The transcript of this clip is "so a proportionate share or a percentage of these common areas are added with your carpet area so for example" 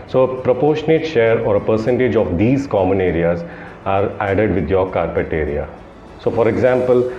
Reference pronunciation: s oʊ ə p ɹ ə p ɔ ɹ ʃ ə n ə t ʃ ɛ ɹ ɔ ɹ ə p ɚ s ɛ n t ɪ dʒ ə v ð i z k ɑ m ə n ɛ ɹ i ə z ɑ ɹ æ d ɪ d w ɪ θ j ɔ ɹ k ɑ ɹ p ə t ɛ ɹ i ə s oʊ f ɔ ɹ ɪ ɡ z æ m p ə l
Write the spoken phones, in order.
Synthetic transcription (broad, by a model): s oʊ ə p ɹ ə p ɔ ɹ ʃ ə n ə t ʃ ɛ ɹ ɔ ɹ ə p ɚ s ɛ n t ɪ dʒ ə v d i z k ɑ m ə n ɛ ɹ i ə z ɑ ɹ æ d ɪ d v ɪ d j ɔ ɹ k ɑ ɹ p ə t ɛ ɹ i ə s oʊ f ɔ ɹ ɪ ɡ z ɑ m p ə l